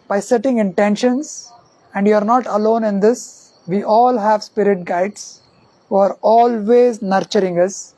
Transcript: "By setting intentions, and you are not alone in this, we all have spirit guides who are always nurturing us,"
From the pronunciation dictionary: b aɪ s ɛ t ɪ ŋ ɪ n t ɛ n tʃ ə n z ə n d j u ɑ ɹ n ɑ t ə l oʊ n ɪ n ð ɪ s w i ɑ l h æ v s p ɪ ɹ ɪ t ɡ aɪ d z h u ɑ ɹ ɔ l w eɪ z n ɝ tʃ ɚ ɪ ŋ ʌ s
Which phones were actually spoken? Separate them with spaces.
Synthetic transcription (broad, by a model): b aɪ s ɛ t ɪ ŋ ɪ n t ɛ n ʃ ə n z ə n d j u ɑ ɹ n ɑ t ə l oʊ n ɪ n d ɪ s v i ɑ l h æ v s p ɪ ɹ ɪ t ɡ aɪ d s h u ɑ ɹ ɔ l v eɪ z n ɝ tʃ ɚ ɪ ŋ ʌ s